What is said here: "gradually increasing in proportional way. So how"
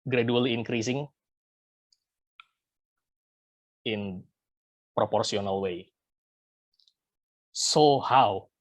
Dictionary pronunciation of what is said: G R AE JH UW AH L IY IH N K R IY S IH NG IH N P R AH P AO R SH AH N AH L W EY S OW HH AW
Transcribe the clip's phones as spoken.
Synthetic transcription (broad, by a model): G R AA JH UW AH L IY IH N K R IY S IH NG IH N P R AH P AO R S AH N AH L W EY S OW HH AW